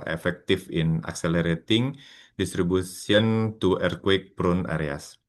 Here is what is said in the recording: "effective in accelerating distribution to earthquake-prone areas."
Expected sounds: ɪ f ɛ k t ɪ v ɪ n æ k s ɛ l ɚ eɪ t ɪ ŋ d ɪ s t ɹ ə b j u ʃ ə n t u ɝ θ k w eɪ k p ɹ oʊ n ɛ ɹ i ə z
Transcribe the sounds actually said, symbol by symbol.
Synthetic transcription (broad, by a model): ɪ f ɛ k t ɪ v ɪ n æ k s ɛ l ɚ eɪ t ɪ ŋ d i s t ɹ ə b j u s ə n t u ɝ k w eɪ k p ɹ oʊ n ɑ ɹ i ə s